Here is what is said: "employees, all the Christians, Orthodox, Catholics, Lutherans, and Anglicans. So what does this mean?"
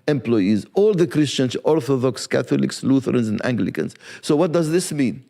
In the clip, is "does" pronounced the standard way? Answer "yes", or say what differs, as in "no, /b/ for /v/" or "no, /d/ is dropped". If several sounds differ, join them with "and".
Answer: yes